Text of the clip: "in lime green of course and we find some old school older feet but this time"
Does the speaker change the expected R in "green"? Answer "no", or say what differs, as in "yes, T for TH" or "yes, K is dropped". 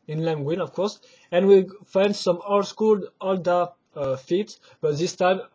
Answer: yes, W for R